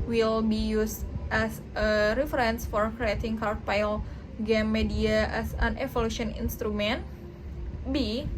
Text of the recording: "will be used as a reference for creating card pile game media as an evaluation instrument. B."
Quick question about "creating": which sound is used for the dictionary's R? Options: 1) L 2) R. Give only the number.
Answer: 2